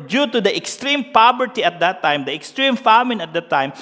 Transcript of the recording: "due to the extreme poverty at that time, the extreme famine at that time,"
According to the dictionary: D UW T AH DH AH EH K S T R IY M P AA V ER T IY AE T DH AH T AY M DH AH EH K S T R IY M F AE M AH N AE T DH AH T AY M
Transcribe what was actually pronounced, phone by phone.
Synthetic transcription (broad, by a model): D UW T AH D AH EH K S T R IY M P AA B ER T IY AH T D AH T AY M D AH EH K S T R IY M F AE M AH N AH T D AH T AY M